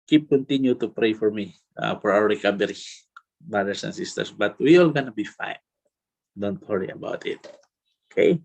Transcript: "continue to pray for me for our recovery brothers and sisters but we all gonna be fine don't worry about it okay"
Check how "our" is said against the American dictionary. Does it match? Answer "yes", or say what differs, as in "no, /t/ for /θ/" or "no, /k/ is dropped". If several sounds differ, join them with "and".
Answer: no, /w/ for /ɹ/